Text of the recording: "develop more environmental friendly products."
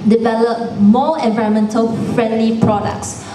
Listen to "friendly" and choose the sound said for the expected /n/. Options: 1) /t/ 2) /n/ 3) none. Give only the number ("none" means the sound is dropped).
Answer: 2